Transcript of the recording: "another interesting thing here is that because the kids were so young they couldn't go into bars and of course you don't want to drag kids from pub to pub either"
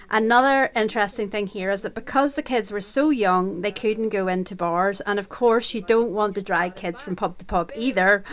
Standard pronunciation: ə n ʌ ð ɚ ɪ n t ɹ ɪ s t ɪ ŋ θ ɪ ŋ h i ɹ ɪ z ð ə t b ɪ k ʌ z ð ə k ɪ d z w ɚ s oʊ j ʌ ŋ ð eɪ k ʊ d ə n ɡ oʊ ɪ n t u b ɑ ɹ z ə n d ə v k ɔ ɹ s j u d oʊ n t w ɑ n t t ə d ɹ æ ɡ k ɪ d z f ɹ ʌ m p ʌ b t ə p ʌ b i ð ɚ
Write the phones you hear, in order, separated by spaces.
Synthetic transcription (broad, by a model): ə n ʌ ð ɚ ɪ n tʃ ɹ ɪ s t ɪ ŋ θ ɪ ŋ h i ɹ ɪ z ð ə t b ɪ k ʌ z ð ə k ɪ d z w ɚ s oʊ j ʌ ŋ ð eɪ k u d n ɡ oʊ ɪ n t u b ɑ ɹ z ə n ə v k ɔ ɹ s j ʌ d oʊ n t w ɑ n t t ə d ɹ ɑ ɡ k ɪ d z f ɹ ʌ m p ʌ b t ə p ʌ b i ð ɚ